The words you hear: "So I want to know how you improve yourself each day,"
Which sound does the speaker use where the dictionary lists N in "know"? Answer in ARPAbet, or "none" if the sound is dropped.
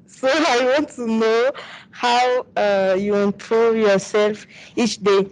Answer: N